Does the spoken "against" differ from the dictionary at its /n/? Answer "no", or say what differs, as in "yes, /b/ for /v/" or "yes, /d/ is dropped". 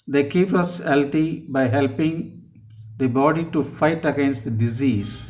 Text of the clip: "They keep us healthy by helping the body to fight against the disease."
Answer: no